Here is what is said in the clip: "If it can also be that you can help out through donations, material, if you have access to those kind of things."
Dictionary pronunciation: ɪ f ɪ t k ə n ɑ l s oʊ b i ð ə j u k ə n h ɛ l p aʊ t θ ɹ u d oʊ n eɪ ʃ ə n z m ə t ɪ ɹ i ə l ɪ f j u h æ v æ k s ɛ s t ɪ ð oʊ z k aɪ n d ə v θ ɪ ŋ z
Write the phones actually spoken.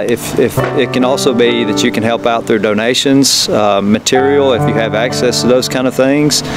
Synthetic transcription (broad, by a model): ɪ f ɪ t k ə n ɑ l s oʊ b i ð ə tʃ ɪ k ə n h ɛ l p aʊ t θ ɹ u d oʊ n eɪ ʃ ə n z m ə t ɪ ɹ i l ɪ f j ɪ v æ k s ɛ s t ɪ ð oʊ z k aɪ n d ə v θ ɪ ŋ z